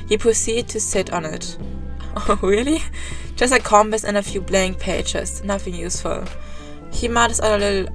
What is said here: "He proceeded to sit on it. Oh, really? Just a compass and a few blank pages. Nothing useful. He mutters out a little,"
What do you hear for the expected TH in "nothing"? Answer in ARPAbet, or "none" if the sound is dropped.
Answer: TH